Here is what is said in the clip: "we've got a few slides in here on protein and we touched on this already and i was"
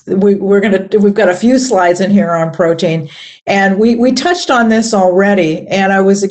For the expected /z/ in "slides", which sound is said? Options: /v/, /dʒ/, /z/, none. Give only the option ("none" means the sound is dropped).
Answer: /z/